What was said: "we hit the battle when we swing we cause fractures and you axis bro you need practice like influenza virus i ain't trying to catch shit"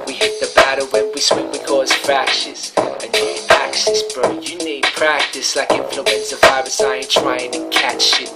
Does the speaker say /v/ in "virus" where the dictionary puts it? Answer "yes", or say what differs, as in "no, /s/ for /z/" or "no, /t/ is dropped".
no, /f/ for /v/